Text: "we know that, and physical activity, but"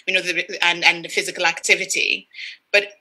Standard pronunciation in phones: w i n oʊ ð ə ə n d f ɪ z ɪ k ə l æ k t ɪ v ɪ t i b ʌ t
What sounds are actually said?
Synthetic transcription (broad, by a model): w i n oʊ ð ə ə n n f ɪ z ɪ k ə l æ k t ɪ v ɪ t i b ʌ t